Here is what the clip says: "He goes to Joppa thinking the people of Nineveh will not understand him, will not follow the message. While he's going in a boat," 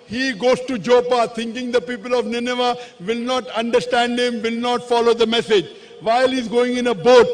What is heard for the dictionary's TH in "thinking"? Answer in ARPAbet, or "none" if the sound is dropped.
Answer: T